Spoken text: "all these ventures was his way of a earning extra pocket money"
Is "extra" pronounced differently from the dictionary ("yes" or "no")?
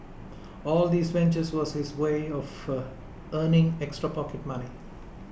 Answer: no